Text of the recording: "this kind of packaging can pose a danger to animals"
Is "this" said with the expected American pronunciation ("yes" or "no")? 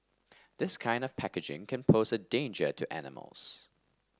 yes